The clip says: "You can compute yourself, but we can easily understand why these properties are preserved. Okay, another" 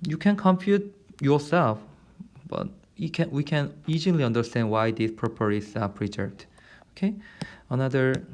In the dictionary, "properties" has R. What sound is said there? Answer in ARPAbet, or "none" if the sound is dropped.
none